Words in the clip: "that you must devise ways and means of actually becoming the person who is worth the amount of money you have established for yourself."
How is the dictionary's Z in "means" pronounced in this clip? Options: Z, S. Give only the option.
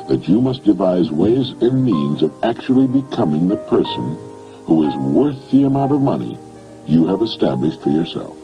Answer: Z